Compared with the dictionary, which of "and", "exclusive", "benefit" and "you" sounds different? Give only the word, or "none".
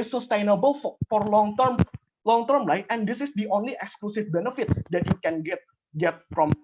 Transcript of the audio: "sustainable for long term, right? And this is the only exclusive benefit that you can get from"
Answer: exclusive